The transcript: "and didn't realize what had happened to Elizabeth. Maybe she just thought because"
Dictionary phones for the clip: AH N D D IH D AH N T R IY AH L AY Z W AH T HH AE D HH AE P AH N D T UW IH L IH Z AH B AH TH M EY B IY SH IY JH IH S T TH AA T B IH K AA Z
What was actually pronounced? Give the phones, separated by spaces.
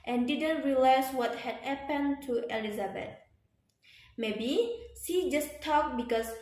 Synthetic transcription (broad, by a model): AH N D D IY D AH N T R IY L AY S W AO T HH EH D HH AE P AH N T UW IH L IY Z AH B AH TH M EY B IY S IY JH IH S T AA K B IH K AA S